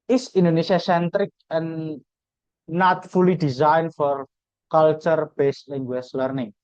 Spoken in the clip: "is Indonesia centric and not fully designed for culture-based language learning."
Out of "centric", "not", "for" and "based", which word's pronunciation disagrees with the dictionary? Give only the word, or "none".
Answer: none